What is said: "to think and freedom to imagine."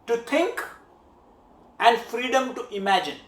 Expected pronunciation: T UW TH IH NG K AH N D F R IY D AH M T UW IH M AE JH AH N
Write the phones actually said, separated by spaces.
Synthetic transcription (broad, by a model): T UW T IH NG K AH N D F R IY D AH M T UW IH M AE JH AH N